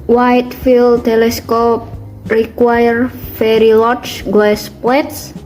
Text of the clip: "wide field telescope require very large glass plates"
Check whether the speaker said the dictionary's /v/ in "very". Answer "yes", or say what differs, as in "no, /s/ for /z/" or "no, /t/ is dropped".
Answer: no, /f/ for /v/